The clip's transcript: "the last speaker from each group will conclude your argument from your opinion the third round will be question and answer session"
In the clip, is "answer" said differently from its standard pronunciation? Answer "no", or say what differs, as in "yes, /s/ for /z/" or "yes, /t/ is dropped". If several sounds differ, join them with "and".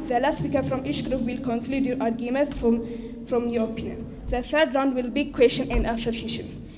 yes, /n/ is dropped